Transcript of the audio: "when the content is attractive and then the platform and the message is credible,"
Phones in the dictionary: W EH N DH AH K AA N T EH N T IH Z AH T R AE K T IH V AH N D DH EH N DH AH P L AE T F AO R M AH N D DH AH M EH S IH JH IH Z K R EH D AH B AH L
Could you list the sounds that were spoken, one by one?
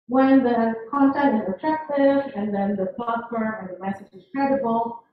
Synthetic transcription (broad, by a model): W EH N DH AH K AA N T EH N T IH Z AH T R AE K T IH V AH N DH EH N DH AH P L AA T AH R AH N DH AH M EH S IH JH IH Z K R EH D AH B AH L